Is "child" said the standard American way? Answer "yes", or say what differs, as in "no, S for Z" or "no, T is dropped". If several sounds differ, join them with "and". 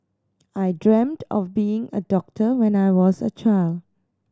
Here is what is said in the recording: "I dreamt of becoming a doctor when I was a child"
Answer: yes